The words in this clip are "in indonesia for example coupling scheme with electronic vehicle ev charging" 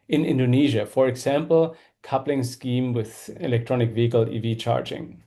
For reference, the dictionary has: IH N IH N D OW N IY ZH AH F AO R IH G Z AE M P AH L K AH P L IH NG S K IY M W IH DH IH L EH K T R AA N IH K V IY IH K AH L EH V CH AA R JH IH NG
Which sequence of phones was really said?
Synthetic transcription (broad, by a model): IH N IH N D OW N IY ZH AH F AO R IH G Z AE M P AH L K AH P L IH NG S K IY M W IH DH IH L EH K T R AA N IH K V IY IH K AH L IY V CH AA R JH IH NG